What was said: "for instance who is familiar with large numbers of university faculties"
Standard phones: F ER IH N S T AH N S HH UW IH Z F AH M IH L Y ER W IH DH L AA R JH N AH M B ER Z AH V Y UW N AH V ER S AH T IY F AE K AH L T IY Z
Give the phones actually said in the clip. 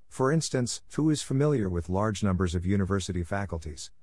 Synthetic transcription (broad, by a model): F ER IH N S T AH N S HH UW IH Z F AH M IH L Y ER W IH DH L AA R JH N AH M B ER Z AH V Y UW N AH V ER S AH T IY F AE K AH L T IY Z